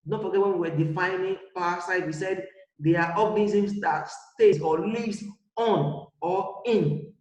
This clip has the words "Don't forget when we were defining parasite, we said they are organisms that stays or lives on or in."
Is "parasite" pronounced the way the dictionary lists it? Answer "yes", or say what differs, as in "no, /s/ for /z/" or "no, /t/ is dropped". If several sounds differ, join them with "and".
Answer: no, /w/ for /ɹ/